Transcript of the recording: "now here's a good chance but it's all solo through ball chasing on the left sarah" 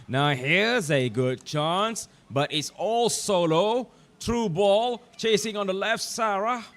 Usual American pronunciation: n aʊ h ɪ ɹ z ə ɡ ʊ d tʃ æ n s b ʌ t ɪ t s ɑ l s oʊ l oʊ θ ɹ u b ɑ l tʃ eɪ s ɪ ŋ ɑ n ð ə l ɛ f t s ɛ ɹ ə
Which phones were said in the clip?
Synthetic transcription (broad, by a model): n aʊ h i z ə ɡ ʊ d tʃ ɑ n s b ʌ t ɪ t s ɑ l s oʊ l oʊ t ɹ u b ɑ l tʃ eɪ s ɪ ŋ ɑ n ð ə l ɛ f t s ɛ ɹ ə